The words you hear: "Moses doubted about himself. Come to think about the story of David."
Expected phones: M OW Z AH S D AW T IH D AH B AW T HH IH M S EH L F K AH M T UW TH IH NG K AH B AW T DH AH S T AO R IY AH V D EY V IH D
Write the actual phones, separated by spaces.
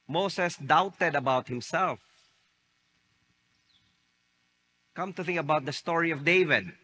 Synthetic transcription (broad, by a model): M OW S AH S D AW T IH D AH B AW T HH IH M S EH L F K AH M T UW TH IH NG K AH B AW T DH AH S T AO R IY AH V D EY V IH D